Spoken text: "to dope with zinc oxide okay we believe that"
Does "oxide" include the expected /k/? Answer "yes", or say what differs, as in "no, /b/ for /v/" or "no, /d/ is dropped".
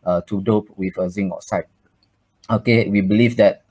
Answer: no, /k/ is dropped